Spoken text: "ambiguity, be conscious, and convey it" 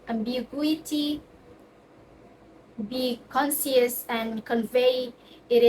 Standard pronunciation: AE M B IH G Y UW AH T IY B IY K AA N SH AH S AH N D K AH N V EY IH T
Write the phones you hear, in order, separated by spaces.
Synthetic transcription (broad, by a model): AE M B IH G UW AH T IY B IY K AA N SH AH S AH N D K AH N V EY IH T